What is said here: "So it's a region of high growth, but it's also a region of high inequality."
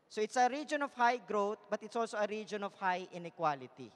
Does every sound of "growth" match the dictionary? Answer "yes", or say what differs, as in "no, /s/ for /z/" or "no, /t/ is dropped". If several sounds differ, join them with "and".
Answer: no, /t/ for /θ/